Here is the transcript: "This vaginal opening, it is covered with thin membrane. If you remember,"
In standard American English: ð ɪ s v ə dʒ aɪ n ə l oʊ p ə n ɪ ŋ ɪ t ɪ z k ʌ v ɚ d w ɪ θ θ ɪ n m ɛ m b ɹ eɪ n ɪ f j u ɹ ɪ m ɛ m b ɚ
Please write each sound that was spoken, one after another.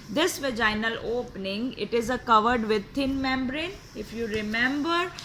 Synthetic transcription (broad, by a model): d ɪ s v ə dʒ aɪ n ə l oʊ p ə n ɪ ŋ ɪ t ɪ z k ʌ v ɚ d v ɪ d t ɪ n m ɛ m b ɹ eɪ n ɪ f j u ɹ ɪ m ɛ m b ɚ